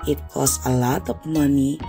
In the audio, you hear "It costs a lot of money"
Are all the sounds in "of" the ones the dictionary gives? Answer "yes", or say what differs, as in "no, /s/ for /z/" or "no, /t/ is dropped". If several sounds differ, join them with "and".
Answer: no, /p/ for /v/